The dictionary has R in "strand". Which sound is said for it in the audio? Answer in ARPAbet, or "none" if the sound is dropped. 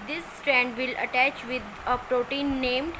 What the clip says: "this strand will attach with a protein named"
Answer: R